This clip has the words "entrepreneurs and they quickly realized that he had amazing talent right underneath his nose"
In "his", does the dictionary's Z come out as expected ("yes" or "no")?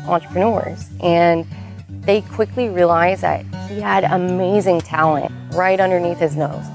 yes